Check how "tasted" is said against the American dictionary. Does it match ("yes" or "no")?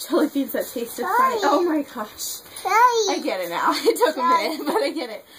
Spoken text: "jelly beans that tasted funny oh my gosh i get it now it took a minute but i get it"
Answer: yes